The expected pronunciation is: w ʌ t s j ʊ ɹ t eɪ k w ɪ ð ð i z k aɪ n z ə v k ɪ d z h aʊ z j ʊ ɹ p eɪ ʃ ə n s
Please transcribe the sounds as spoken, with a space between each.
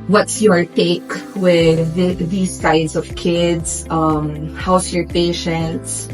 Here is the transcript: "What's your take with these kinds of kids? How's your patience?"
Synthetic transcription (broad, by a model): w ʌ t s j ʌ ɹ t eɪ k w ɪ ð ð i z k aɪ z ə v k ɪ d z h aʊ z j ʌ ɹ p eɪ ʃ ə n s